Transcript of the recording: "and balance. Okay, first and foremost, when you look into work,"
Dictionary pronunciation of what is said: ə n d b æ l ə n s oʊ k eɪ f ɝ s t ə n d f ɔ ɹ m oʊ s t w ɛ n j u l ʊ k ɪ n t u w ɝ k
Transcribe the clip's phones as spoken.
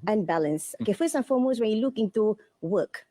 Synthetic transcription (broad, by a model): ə n b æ l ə n s oʊ k eɪ f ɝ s ə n f ɔ m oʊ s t w ɛ n j u l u k ɪ n t u w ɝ k